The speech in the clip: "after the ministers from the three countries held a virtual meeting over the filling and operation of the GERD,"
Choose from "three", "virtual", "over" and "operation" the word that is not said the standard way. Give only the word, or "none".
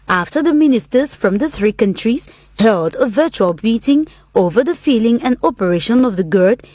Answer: none